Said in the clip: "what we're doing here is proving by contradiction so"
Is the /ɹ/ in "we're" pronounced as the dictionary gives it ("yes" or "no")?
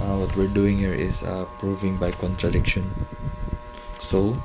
yes